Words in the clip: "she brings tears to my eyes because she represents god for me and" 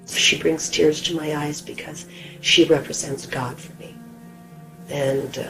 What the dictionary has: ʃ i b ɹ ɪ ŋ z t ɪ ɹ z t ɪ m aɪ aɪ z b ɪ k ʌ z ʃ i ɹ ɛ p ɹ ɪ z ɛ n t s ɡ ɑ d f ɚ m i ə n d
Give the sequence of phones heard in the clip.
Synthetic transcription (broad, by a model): ʃ i b ɹ ɪ ŋ z t ɪ ɹ z t ɪ m aɪ aɪ z b ɪ k ʌ z ʃ i ɹ ɛ p ɹ ɪ z ɛ n t s ɡ ɑ d f ɚ m i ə n